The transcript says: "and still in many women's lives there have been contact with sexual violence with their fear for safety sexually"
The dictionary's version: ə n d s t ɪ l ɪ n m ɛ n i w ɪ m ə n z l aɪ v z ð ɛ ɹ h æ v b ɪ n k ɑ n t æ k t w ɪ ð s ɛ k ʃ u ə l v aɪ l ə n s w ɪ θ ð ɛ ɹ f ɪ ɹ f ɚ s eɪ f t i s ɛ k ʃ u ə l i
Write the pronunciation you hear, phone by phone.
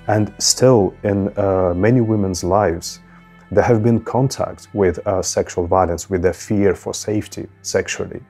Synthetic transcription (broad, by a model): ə n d s t ɪ l ɪ n m ɛ n i w ɪ m ə n z l aɪ v z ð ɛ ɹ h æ v b ɪ n k ɑ n t æ k t w ɪ ð s ɛ k ʃ u ə l v aɪ l ə n s w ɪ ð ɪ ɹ f ɪ ɹ f ɚ s eɪ f t i s ɛ k ʃ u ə l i